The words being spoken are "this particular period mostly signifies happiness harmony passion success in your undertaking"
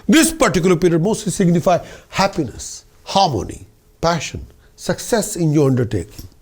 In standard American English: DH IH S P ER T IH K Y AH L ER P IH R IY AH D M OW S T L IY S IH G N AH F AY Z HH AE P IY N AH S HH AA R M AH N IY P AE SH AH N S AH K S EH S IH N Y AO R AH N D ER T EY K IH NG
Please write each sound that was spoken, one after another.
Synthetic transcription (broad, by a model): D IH S P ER T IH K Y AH L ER P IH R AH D M OW S T L IY S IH G N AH F AY HH AE P IY N AH S HH AA R M AH N IY P AE SH AH N S AH K S EH S IH N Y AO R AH N D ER T EY K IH NG